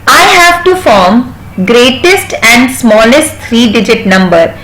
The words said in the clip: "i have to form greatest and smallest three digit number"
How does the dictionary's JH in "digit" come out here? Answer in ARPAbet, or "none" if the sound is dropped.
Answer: JH